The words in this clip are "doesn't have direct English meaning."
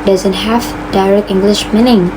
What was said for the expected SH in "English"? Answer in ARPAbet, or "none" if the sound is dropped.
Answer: SH